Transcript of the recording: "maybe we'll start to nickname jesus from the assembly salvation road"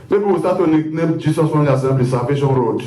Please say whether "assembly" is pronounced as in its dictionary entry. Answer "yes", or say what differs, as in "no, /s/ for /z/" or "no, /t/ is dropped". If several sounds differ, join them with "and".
no, /l/ is dropped